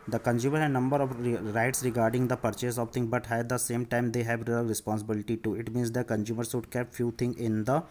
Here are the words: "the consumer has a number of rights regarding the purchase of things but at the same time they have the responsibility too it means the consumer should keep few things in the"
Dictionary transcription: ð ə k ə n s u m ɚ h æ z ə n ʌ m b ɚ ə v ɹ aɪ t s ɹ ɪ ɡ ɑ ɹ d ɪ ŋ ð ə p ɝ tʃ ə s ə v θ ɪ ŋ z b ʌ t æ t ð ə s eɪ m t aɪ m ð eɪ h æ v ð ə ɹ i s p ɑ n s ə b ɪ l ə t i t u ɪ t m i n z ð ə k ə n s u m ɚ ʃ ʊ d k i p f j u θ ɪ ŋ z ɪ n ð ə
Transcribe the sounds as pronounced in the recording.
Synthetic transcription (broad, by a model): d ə k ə n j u m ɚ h ə n ʌ m b ɚ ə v ɹ aɪ t s ɹ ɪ ɡ ɑ ɹ d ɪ ŋ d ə p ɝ tʃ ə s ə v t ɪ ŋ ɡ b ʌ t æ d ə s eɪ m t aɪ m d eɪ h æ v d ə ɹ i s p ɑ n s ə b ɪ l ə t i t u ɪ t m i n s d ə k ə n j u m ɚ s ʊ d k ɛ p f j u t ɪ ŋ ɪ n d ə